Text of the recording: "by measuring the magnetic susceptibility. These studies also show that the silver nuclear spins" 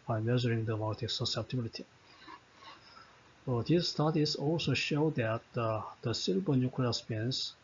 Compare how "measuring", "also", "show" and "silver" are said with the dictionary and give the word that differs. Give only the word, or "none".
silver